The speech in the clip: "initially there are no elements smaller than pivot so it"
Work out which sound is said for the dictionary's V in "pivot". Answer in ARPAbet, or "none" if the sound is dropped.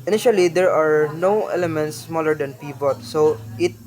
P